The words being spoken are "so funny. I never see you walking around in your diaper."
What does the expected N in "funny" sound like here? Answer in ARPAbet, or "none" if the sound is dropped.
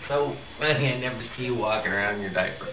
none